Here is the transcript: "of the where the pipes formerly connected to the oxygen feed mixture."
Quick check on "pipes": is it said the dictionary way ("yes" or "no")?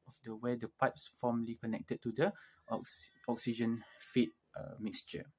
yes